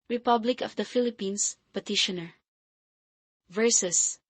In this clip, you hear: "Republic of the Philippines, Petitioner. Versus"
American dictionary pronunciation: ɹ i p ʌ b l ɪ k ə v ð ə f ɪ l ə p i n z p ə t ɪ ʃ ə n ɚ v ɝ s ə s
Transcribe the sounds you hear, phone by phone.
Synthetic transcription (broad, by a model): ɹ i p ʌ b l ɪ k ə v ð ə f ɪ l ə p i n s p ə t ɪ ʃ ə n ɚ v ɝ s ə s